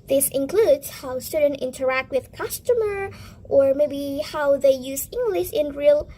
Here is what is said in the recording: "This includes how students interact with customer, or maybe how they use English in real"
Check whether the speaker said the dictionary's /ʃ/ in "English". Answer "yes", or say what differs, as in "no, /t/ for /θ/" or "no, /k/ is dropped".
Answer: yes